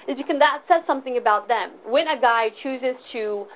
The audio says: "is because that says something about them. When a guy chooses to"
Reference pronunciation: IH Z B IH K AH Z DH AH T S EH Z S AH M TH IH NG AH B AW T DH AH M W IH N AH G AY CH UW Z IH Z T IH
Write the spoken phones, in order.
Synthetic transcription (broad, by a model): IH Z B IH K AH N DH AH T S EH Z S AH M TH IH NG AH B AW T DH AH M W IH N AH G AY CH UW Z IH Z T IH